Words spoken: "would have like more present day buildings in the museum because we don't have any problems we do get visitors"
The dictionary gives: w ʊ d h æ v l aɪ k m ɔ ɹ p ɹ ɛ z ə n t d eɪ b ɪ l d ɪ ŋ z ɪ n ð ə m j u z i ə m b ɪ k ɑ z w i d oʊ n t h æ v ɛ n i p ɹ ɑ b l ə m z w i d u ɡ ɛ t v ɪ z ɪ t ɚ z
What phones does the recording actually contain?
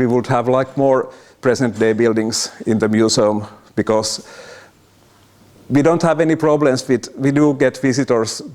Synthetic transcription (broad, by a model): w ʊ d h æ v l aɪ k m ɔ ɹ p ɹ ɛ s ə n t d eɪ b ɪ l d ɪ ŋ s ɪ n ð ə m j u s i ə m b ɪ k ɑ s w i d oʊ n t h æ v ɛ n i p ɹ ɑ b l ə m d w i d u ɡ ɛ t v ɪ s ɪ t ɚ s